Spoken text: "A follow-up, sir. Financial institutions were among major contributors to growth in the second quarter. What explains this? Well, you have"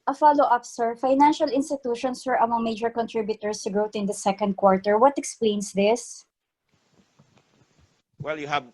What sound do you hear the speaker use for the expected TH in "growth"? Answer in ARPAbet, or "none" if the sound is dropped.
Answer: T